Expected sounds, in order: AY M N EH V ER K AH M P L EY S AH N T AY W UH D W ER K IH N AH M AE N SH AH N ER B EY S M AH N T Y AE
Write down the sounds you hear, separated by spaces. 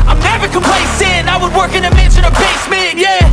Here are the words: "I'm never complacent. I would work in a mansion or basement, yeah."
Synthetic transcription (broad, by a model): AY M N EH V ER K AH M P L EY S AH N AY W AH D W ER K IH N AH M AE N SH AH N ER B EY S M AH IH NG Y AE